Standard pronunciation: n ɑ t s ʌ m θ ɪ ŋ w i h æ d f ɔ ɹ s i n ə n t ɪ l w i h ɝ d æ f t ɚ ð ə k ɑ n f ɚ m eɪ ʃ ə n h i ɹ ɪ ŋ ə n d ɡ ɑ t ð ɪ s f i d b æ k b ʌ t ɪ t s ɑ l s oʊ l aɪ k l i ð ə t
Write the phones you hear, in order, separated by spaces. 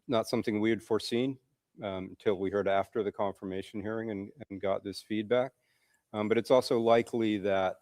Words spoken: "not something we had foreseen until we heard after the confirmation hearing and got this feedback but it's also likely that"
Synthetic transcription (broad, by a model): n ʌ t s ʌ m θ ɪ ŋ w i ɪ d f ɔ ɹ s i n n t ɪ l w i h ɝ d æ f t ɚ ð ə k ɑ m f ɚ m eɪ ʃ n h i ɹ ɪ ŋ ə n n ɡ ɑ t ð ɪ s f i d b æ k b ʌ t ɪ t s ɑ l s oʊ l aɪ k l i ð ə t